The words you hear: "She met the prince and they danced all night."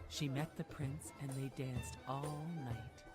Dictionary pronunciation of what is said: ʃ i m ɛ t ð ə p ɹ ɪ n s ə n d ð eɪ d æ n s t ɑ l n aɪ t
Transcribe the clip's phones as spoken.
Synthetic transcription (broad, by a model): ʃ i m ɛ t ð ə p ɹ ɪ n s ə n ð eɪ d æ n s t ɑ l n aɪ t